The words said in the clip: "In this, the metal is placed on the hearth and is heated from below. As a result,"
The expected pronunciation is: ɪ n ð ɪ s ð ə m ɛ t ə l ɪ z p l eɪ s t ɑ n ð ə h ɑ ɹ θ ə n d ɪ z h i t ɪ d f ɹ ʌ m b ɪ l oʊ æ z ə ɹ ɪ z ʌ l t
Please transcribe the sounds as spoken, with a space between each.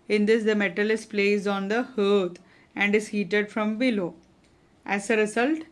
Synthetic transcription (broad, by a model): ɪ n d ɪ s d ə m ɛ t ə l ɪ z p l eɪ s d ɑ n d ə h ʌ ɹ t ə n d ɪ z h i t ɪ d f ɹ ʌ m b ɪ l oʊ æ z ə ɹ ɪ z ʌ l t